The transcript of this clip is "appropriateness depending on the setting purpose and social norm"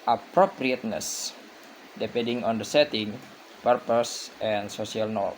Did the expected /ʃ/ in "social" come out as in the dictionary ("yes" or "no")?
no